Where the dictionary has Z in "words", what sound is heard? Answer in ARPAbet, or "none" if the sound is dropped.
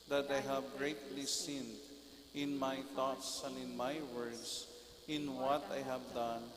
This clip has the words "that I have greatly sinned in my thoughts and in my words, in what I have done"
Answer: S